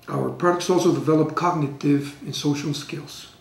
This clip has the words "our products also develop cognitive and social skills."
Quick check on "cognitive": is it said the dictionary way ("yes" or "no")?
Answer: yes